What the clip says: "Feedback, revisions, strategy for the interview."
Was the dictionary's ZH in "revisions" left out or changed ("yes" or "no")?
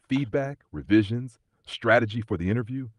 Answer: no